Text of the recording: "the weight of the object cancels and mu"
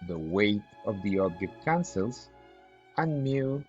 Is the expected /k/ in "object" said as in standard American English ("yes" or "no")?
no